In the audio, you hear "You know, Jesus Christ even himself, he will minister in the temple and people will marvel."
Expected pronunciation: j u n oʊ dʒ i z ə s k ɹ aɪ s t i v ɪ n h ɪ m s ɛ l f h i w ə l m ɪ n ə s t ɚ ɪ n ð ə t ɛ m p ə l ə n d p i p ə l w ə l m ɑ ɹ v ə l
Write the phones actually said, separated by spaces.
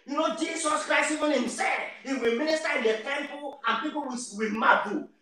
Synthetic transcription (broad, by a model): j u n oʊ dʒ i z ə s k ɹ aɪ s t i v ɪ n h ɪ m s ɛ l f h i w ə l m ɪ n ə s t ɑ ɪ n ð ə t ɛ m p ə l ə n p i p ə w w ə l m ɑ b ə